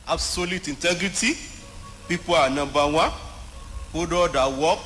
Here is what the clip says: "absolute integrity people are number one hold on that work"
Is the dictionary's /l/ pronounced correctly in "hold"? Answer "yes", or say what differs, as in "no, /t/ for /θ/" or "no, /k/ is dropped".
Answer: no, /l/ is dropped